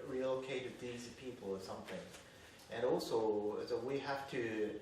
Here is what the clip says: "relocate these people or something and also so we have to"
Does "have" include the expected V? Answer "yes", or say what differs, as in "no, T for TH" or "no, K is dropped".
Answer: no, F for V